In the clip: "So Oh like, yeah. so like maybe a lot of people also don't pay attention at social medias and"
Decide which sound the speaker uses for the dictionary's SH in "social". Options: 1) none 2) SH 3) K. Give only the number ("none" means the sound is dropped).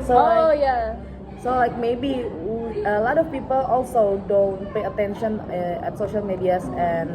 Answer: 2